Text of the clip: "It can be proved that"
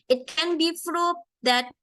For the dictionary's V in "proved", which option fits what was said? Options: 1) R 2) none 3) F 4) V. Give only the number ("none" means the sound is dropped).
2